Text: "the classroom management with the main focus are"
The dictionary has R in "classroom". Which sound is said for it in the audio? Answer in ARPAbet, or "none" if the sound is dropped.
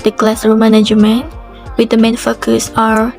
none